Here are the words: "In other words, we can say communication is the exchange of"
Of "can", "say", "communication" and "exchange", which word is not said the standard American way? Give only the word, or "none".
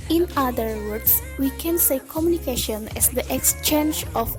none